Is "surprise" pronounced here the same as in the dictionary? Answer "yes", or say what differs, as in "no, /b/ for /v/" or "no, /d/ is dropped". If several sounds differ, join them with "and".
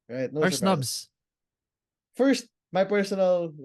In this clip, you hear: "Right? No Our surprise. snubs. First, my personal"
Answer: no, /p/ is dropped